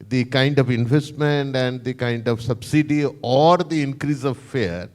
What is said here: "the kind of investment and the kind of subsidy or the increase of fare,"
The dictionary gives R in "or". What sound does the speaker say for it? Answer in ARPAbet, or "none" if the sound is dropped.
R